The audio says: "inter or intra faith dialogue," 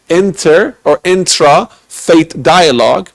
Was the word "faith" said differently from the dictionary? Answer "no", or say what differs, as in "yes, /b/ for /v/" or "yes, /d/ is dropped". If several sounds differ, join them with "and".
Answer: yes, /t/ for /θ/